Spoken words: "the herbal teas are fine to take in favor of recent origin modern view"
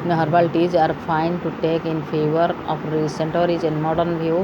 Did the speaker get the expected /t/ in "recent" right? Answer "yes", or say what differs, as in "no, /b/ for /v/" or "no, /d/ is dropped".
yes